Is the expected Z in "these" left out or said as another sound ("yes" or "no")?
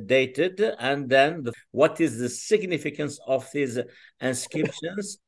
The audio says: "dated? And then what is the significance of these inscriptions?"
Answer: no